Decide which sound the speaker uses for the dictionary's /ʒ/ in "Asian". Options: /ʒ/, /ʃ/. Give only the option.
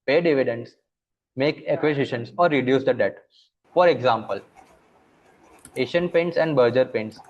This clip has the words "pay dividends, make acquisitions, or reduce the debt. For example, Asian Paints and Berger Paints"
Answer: /ʃ/